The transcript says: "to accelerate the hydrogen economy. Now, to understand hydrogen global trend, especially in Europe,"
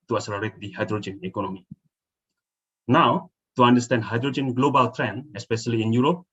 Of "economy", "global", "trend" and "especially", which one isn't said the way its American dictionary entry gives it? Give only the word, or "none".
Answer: trend